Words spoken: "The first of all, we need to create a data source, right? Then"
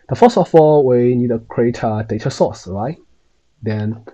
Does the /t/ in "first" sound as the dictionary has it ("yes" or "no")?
no